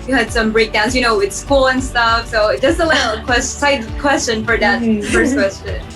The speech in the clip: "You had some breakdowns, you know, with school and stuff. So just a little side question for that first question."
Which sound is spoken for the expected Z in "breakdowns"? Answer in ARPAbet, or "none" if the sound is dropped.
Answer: S